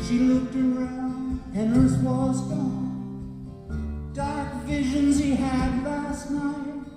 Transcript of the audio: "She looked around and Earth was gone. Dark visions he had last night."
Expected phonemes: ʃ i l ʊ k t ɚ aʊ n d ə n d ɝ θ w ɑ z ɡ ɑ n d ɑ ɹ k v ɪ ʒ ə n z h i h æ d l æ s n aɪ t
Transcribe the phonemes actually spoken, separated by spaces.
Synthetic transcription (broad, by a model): ʃ i l ʊ k t ɚ aʊ n d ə n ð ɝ s w ɑ z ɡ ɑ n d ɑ ɹ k v ɪ ʒ ə n z h i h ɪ d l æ s n aɪ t